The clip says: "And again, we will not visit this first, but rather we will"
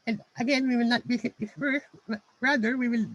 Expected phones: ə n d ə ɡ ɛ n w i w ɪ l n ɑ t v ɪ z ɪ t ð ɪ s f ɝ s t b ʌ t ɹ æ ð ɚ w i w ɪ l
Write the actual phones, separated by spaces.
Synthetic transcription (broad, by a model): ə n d ə ɡ ɛ n w i w ɪ l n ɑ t b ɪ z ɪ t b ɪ f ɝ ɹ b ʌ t ɹ æ ð ɚ w i w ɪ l